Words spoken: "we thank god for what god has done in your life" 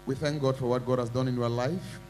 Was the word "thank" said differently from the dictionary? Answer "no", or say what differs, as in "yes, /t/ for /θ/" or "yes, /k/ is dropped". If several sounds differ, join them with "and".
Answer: no